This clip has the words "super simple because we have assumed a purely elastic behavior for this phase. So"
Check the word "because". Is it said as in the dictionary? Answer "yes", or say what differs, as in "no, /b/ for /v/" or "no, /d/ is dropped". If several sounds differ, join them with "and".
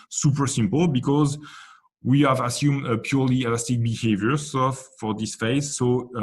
yes